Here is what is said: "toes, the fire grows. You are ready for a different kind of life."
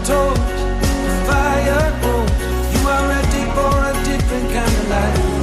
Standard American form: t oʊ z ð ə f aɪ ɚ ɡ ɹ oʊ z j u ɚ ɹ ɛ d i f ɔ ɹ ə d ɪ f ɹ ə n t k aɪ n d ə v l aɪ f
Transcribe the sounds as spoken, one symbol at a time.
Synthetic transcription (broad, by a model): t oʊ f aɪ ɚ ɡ oʊ j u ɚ ɹ ɛ d i f ɔ ɹ ə d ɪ f ɹ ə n k aɪ n d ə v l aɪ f